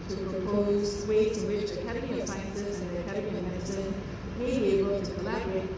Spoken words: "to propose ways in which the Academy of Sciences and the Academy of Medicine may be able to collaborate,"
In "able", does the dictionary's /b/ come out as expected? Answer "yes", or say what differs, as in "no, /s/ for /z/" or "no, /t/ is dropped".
no, /b/ is dropped